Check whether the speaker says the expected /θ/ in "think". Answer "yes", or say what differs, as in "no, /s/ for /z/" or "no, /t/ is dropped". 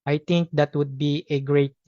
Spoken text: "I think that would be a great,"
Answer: no, /t/ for /θ/